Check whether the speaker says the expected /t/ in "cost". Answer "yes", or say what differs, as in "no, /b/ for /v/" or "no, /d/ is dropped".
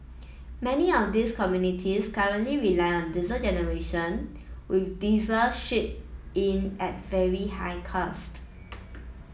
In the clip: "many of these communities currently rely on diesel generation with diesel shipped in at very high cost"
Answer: yes